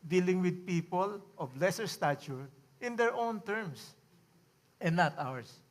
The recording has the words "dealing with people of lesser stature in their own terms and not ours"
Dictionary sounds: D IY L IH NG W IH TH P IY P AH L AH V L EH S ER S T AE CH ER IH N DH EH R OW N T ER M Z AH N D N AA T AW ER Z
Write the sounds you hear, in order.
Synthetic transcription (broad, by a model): D IY L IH NG W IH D P IY P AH L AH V L EH S ER S T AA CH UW IH N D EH R OW N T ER M S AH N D N AA T AW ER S